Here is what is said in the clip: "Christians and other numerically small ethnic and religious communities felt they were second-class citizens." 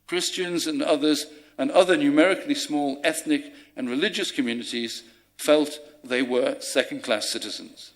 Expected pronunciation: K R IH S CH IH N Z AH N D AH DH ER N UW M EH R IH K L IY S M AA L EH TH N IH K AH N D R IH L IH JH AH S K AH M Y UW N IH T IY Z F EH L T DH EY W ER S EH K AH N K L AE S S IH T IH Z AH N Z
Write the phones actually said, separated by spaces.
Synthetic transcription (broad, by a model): K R IH S CH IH N Z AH N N AH DH ER N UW M EH R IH K L IY S M AA L EH TH N IH K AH N R IH L IH JH AH S K AH M Y UW N IH T IY Z F EH L T DH EY W ER S EH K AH N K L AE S S IH T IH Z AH N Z